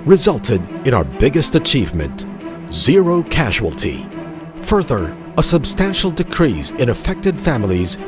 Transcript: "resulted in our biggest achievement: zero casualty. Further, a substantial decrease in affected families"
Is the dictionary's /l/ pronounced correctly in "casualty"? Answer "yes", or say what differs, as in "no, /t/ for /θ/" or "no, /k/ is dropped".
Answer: yes